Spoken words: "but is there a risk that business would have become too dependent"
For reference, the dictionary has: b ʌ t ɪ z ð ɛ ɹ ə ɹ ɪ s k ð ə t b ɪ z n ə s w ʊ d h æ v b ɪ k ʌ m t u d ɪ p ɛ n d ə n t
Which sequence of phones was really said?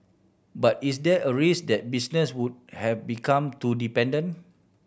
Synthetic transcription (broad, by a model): b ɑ t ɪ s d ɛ ə ɹ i s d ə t b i s n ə s w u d h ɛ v b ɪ k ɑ m t u d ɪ p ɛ n d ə n